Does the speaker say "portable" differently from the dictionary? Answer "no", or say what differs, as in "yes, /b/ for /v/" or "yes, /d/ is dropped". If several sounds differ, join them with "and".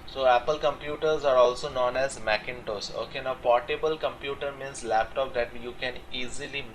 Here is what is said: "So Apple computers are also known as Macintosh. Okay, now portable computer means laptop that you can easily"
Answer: no